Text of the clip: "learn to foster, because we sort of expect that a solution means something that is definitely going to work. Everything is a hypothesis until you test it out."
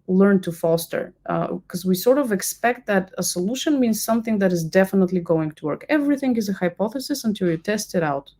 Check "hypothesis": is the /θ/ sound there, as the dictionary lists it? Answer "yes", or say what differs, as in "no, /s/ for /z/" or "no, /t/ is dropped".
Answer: yes